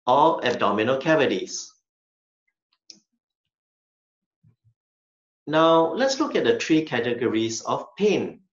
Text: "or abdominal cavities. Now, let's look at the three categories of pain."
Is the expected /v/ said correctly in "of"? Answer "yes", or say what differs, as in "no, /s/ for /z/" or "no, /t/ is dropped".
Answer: no, /f/ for /v/